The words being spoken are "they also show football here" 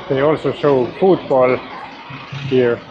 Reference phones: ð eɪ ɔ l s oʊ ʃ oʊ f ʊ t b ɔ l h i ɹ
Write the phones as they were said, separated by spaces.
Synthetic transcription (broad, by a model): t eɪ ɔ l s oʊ s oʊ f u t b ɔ l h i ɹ